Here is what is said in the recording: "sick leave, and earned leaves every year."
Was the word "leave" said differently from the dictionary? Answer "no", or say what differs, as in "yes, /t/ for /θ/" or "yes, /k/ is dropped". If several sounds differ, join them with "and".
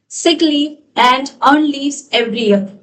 yes, /v/ is dropped